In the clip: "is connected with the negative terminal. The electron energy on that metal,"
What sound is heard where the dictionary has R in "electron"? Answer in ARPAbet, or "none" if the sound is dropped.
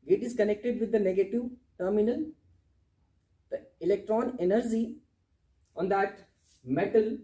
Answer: R